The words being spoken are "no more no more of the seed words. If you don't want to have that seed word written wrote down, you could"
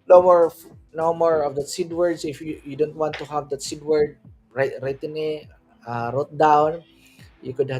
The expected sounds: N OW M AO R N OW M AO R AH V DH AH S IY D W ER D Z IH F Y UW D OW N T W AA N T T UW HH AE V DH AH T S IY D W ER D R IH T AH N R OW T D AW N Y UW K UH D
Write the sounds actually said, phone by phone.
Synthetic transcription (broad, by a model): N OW M AO R N OW M AO R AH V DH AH S IY D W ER D S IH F Y UW D OW N T W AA N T T UW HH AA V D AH T S IY D W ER D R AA T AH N R OW T D AW N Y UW K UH D